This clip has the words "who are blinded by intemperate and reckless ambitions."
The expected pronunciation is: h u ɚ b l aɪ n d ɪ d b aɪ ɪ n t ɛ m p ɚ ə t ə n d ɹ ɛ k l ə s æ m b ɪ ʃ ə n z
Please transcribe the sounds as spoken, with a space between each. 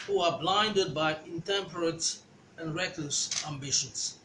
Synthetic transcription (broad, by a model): h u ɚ b l aɪ n d ɪ d b aɪ ɪ n t ɛ m p ɚ ə t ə n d ɹ ɛ k l ə s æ m b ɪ ʃ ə n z